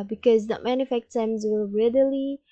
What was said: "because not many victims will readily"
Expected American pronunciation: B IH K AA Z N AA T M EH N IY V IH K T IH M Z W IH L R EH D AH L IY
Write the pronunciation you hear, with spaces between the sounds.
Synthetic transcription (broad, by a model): B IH K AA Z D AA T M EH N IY F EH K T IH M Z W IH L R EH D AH L IY